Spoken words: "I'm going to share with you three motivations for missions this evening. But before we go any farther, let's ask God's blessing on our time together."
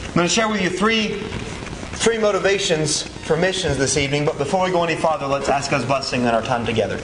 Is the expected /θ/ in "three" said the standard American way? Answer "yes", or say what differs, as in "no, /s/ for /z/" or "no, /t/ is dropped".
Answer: yes